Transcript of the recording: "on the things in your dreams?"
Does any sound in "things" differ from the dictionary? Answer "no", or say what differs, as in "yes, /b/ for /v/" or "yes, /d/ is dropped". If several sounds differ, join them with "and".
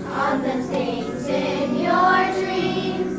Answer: yes, /s/ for /θ/